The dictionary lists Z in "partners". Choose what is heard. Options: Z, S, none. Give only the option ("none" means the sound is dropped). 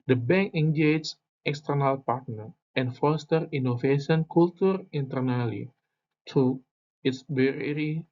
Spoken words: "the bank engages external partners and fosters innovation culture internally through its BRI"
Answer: none